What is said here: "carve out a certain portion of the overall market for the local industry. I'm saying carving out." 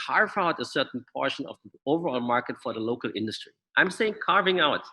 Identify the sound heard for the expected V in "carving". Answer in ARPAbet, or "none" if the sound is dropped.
V